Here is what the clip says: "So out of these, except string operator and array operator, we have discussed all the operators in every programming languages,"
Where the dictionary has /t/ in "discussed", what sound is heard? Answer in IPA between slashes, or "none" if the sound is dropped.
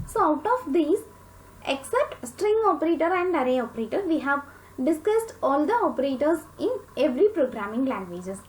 /t/